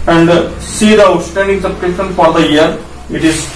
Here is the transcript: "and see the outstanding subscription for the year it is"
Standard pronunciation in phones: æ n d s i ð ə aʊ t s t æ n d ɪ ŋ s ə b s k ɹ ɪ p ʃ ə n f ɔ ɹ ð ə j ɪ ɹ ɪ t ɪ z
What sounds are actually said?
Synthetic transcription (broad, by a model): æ n d s i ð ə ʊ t s t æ n d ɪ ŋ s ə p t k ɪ ʃ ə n f ɔ ɹ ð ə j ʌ ɹ ɪ t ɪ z